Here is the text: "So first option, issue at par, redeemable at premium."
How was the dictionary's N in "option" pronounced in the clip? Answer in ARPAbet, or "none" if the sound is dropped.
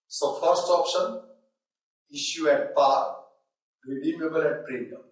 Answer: N